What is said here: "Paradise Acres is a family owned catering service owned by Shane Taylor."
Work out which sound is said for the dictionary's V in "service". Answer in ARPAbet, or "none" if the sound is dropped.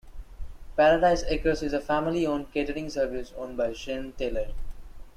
V